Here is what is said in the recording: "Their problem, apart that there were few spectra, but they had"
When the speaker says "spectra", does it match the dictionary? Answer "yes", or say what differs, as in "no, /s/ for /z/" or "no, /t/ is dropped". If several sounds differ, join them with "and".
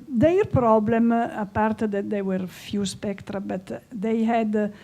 yes